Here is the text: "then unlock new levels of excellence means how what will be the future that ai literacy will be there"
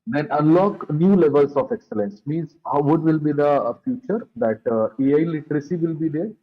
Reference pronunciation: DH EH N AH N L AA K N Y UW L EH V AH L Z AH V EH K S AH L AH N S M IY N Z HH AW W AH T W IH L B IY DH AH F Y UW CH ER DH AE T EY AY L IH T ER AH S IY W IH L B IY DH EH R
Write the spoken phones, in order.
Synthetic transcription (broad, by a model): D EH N AH N L AA K N Y UW L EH V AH L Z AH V EH K S AH L AH N S M IY N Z HH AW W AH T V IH L B IY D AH F Y UW CH ER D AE T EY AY L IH T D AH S IY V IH L B IY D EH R